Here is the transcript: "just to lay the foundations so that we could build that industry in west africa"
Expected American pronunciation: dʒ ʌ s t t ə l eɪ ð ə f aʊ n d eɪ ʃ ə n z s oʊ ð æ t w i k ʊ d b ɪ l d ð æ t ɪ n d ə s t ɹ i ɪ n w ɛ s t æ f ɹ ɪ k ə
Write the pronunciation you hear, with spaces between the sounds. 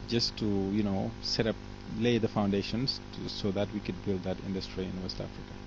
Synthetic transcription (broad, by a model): dʒ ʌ s t t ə l eɪ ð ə f aʊ n d eɪ ʃ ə n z s oʊ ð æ t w i k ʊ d b ɪ l d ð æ t ɪ n d ə s t ɹ i ɪ n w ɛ s t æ f ɹ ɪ k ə